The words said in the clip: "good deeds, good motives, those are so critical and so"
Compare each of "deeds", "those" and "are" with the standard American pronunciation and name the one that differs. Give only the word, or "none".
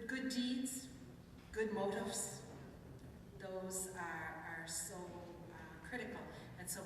none